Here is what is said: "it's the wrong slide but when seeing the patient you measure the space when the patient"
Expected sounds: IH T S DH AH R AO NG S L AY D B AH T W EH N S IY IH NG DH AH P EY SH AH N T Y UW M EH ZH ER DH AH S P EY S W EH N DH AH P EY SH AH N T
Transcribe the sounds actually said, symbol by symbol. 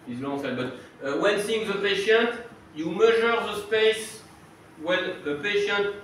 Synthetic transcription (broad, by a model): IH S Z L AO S EH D B AH T W EH N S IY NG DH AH P EY SH AH N T Y UW M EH ZH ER DH AH S P EY S W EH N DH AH P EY SH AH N T